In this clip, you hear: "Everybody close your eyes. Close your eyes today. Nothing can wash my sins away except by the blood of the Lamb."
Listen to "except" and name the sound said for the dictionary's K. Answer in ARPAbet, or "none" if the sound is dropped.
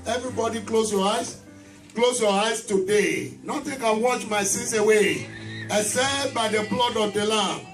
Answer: none